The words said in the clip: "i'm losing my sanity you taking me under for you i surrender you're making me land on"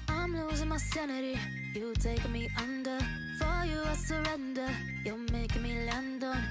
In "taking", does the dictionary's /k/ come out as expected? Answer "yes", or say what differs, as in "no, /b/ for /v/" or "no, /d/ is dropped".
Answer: no, /k/ is dropped